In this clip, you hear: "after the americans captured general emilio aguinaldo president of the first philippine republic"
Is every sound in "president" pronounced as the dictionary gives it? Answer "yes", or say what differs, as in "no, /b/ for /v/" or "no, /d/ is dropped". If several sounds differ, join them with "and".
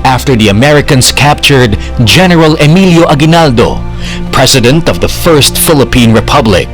no, /s/ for /z/